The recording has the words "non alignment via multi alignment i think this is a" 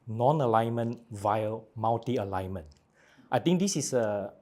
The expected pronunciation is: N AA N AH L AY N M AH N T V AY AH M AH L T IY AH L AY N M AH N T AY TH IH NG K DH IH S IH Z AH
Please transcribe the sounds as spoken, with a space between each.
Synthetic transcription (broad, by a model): N AA N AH L AY N M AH N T V AY AH M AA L T IY AH L AY N M AH N T AY T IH NG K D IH S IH S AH